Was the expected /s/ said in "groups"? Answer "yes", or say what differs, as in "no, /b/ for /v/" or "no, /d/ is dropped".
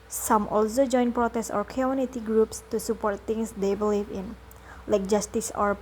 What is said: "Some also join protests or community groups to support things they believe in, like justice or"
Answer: yes